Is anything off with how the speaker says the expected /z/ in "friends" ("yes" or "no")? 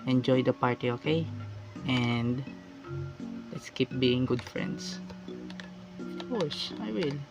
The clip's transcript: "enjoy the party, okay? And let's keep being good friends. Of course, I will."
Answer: yes